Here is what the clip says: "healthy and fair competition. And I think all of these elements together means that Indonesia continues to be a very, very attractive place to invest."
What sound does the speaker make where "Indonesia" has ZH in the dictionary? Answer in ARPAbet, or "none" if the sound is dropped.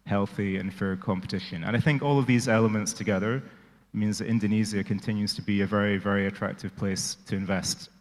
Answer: Z